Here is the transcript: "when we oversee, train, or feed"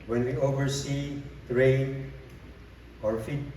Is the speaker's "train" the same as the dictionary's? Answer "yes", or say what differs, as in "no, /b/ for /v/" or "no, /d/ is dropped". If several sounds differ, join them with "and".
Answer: no, /n/ is dropped